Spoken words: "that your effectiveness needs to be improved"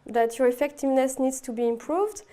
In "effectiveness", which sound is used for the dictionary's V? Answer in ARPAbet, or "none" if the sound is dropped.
V